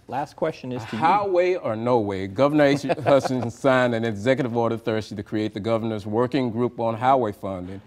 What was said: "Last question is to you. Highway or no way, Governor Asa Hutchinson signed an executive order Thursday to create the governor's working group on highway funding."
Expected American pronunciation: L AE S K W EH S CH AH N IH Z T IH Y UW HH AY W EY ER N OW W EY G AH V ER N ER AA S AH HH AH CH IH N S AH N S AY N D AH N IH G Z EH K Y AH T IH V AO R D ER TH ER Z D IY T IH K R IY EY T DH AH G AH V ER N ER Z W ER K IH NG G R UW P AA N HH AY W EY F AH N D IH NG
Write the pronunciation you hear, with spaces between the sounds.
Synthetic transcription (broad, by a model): L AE S K W EH S CH AH N IH Z T IH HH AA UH W EY ER N OW W EY G AH V ER N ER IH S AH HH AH S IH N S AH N S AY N AH N IH G Z EH K Y AH T IH V AO R D ER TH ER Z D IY T IH K R IY EY T DH AH G AH V ER N ER Z W ER K IH NG G R UW P N HH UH W EY F AH N D IH NG